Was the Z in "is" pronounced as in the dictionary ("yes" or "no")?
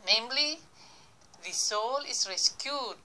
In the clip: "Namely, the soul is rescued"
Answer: no